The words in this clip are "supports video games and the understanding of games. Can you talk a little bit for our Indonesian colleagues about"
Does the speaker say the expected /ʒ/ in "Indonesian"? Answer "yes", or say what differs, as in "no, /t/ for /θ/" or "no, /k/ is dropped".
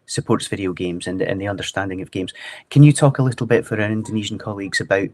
yes